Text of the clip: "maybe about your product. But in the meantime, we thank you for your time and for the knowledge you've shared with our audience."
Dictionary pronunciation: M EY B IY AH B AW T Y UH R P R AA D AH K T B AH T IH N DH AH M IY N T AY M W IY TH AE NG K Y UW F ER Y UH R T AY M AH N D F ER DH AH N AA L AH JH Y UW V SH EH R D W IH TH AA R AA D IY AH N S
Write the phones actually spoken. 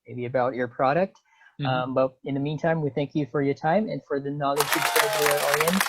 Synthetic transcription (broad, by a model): M EY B IY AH B AW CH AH R P R AA D AH K T B AH T IH N DH AH M IY N T AY M W IY TH AE NG K Y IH F ER Y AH R T AY M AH N F ER DH AH N AA L AH JH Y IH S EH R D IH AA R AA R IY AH N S